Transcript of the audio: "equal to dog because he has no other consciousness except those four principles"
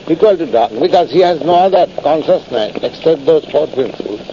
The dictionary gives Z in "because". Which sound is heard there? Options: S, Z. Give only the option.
Z